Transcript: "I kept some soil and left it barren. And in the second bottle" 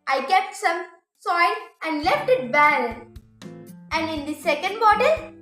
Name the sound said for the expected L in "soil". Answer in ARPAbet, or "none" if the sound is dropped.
N